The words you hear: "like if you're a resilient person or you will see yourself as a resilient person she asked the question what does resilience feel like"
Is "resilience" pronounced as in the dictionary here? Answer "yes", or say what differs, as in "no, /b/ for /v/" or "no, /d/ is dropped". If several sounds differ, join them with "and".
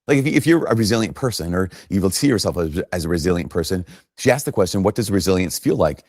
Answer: yes